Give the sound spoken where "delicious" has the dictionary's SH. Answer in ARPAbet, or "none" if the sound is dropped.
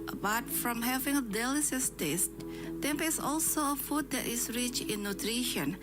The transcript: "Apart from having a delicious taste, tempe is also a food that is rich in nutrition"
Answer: S